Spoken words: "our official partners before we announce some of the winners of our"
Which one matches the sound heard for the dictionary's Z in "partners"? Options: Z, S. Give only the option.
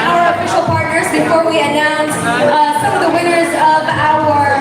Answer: Z